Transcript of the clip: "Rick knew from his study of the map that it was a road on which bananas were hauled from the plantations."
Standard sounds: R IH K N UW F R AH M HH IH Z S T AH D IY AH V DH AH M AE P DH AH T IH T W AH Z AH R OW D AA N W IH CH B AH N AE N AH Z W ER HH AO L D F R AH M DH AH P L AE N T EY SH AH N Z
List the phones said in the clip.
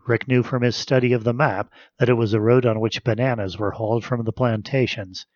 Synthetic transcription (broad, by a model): R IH K N UW F R AH M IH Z S T AH D IY AH V DH AH M AE P DH AH T IH T W AH Z AH R OW D N W IH CH B AH N AE N AH Z W ER HH AO L D F R AH M DH AH P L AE N T EY SH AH N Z